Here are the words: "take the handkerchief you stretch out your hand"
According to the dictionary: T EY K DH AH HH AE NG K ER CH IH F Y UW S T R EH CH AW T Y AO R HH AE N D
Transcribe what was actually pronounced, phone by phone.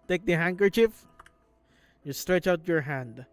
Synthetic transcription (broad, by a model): T EY K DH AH HH AE NG K ER CH IH F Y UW S T R EH CH AW T Y AO R HH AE N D